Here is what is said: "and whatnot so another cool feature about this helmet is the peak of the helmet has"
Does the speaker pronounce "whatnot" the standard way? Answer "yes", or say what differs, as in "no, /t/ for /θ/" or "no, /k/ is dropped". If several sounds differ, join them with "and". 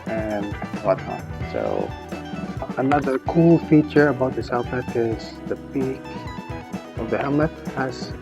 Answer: no, /n/ is dropped